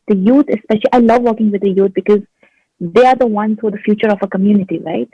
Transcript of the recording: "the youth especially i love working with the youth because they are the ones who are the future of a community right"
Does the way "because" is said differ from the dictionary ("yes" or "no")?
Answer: no